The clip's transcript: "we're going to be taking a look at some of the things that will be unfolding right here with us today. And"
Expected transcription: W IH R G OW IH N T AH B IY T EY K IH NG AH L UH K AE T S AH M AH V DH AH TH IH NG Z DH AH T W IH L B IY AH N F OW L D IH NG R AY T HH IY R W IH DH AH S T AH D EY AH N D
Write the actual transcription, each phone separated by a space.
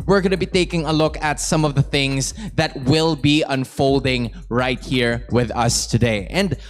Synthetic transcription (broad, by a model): W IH R G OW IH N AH B IY T EY K IH NG AH L UH K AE T S AH M AH V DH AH TH IH NG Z DH AH T W IH L B IY AH N F OW L D IH NG R AY T HH IY R W IH DH AH S T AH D EY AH N D